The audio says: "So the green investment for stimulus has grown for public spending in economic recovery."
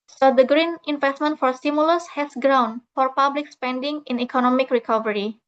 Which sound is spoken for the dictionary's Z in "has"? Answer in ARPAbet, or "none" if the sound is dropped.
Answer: S